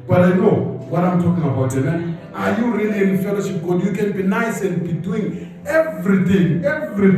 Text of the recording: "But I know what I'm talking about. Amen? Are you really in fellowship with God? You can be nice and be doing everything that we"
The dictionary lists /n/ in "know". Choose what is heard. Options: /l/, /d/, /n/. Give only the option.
/n/